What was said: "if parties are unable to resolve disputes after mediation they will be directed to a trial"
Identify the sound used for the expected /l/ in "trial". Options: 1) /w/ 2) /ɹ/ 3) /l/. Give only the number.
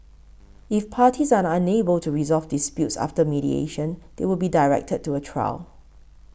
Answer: 3